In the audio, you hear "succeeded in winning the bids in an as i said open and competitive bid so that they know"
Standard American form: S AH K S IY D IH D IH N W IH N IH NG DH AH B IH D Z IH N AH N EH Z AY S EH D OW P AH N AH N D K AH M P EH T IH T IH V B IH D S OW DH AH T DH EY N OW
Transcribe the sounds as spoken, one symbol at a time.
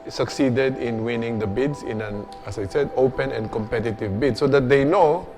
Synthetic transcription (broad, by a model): S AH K S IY D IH D IH N W IH N IH NG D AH B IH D S IH N AH N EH S AY S EH D OW P AH N AH N D K AH M P EH T IH T IH V B IH D S OW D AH T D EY N OW